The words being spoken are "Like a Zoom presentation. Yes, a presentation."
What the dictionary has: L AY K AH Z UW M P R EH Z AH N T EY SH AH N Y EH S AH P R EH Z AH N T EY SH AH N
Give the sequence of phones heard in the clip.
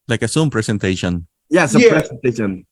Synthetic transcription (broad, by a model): L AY K AH S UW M P R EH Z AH N T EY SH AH N Y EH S AH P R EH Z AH N T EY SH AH N